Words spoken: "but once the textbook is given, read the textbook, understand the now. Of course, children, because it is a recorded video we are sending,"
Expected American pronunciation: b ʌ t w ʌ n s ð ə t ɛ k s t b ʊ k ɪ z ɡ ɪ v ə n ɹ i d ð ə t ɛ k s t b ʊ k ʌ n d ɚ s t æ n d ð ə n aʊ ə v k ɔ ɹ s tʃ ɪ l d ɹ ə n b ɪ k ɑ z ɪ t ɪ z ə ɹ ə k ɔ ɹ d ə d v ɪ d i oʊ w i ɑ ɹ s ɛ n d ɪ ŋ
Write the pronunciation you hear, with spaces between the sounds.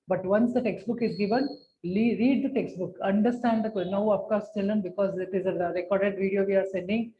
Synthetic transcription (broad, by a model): b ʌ t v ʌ n s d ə t ɛ k s t b ʊ k ɪ z ɡ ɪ v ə n ɹ i d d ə t ɛ k s t b ʊ k ʌ n d ɚ s t æ n d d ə n aʊ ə p k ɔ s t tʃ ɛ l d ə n b ɪ k ɑ z ɪ t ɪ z ə ɹ ə k ɔ ɹ d ə d v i d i oʊ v i ɑ ɹ s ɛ n d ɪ ŋ